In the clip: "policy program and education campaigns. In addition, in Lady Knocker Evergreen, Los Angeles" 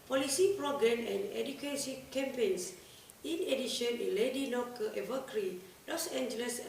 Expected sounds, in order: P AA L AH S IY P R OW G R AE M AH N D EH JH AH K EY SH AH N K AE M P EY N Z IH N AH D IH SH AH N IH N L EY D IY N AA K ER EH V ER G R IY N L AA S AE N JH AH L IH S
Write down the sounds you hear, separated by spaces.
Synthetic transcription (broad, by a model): P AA L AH S IY P R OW G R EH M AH N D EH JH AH K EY S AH K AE M P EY N S IH N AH D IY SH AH N IH N L EY D IY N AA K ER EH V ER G R IY L AA S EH N JH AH L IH S